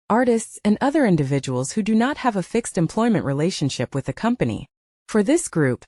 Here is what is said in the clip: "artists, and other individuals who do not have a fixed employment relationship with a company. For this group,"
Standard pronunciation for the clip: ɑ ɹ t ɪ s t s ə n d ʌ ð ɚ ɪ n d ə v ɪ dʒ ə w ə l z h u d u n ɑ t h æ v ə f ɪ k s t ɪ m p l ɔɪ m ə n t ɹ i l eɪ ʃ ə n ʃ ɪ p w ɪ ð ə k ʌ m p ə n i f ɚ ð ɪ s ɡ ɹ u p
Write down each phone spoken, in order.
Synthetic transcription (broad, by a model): ɑ ɹ t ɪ s t s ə n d ʌ ð ɚ ɪ n d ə v ɪ dʒ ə w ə l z h u d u n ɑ t h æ v ə f ɪ k s t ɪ m p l ɔɪ m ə n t ɹ i l eɪ ʃ ə n ʃ ɪ p w ɪ ð ə k ʌ m p ə n i f ɚ ð ɪ s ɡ ɹ u p